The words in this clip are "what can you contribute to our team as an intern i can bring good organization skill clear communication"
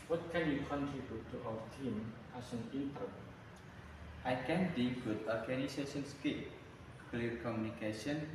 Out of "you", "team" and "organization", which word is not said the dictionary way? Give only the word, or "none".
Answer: organization